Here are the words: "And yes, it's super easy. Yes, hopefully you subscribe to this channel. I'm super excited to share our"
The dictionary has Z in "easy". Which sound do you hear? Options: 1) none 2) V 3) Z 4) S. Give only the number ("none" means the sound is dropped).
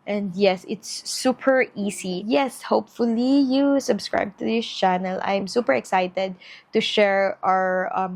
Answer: 4